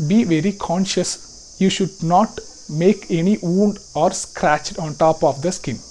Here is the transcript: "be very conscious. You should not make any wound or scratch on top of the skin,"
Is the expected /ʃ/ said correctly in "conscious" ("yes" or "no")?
yes